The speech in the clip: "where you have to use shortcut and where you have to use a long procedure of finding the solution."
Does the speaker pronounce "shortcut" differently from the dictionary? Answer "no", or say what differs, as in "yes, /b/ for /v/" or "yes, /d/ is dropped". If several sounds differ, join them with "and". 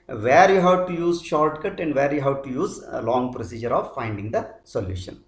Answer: no